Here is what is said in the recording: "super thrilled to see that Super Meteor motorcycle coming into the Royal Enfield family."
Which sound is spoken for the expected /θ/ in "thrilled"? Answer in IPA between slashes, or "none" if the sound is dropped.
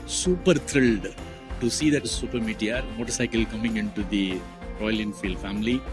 /t/